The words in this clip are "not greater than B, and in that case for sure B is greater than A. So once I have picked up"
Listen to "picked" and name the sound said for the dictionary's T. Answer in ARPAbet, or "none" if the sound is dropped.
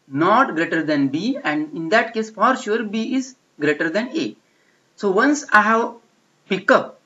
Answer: none